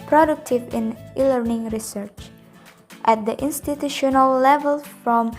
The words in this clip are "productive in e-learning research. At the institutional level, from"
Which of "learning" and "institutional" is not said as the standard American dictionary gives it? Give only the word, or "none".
none